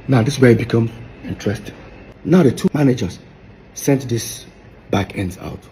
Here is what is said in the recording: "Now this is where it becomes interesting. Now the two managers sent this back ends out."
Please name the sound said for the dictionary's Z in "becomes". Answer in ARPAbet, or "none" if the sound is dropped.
none